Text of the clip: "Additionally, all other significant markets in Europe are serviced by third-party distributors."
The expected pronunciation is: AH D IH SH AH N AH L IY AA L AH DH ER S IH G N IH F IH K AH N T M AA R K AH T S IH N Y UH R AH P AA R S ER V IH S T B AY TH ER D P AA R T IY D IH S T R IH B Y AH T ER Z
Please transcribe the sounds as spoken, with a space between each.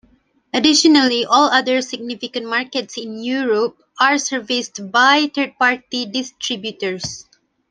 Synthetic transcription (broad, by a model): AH D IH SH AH N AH L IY AA L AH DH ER S IH G N IH F IH K AH N T M AA R K AH T S IH N Y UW R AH P AA R S ER V IH S T B AY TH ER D P AA R T IY D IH S T R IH B Y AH T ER S